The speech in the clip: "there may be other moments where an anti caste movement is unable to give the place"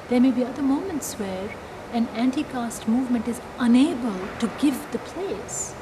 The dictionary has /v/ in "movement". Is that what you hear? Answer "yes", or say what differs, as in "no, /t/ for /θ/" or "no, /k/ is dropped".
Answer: yes